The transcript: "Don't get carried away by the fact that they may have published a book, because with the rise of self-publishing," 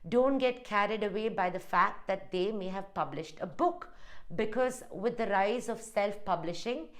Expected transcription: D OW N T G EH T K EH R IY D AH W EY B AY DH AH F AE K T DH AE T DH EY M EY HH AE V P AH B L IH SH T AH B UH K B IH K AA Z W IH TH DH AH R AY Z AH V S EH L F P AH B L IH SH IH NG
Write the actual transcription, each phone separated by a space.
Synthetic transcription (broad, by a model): D OW N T G EH T K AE R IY D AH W EY B AY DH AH F AE K T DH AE T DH EY M EY HH AE V P AH B L IH SH T AH B UH K B IH K AA Z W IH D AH R AY Z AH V S EH L F P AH B L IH SH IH NG